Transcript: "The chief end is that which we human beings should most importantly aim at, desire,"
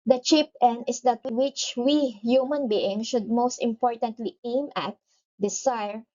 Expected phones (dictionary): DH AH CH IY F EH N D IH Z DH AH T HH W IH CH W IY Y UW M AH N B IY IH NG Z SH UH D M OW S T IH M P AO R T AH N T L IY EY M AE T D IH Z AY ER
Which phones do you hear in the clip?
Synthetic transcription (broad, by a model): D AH CH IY P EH N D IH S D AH T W W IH CH W IY Y UW M AH N B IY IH NG SH UH D M OW S T IH M P AO R T AH N T L IY EY M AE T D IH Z AY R